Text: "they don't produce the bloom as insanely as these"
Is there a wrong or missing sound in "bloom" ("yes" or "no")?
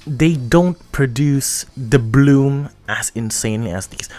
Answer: no